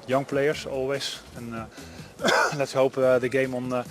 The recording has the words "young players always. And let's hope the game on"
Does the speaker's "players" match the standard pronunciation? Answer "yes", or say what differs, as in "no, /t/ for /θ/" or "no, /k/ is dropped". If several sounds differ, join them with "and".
no, /s/ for /z/